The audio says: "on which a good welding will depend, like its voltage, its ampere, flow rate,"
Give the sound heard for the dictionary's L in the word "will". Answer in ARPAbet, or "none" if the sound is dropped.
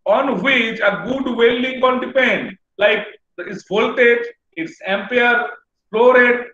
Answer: N